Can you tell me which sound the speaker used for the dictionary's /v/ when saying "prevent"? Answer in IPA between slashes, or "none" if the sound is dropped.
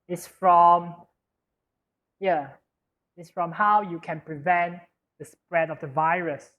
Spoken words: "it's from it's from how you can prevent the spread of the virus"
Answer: /v/